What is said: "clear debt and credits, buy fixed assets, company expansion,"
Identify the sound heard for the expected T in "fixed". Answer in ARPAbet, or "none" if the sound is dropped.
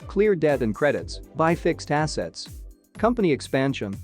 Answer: T